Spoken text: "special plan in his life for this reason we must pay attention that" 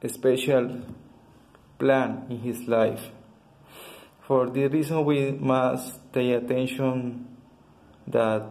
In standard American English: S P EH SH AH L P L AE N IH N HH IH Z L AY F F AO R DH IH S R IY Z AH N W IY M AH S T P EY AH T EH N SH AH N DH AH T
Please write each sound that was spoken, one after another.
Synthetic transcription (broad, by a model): S P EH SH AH L P L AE N IH N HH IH S L AY F F AO R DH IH R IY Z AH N W IY M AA S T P EY AH T EH N SH AH N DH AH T